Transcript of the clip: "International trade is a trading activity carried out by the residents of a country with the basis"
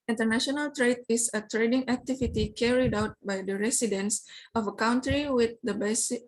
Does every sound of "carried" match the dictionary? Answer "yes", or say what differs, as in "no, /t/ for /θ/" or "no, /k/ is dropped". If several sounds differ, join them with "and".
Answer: yes